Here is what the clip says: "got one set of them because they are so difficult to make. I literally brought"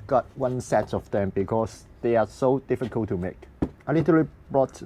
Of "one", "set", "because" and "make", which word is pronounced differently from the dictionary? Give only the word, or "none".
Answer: because